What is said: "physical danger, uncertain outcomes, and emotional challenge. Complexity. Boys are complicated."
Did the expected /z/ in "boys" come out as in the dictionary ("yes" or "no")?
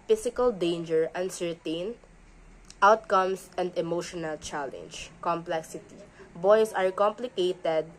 no